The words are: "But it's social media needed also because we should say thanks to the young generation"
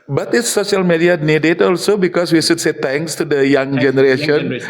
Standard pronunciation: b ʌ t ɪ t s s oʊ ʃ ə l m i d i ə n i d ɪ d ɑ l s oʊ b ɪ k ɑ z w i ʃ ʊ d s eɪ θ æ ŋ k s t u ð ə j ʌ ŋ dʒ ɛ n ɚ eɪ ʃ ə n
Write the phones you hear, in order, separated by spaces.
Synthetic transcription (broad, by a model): b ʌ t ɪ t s s oʊ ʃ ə l m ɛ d i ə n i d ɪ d ɑ l s oʊ b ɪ k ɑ s w i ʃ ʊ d s eɪ t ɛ ŋ k s t u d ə j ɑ ŋ dʒ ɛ n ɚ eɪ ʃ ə n